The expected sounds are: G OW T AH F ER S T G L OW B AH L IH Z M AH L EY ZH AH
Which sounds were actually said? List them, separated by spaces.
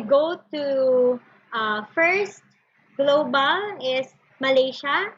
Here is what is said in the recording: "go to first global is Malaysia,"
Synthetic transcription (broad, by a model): G OW T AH F ER S T G L OW B AH L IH S M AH L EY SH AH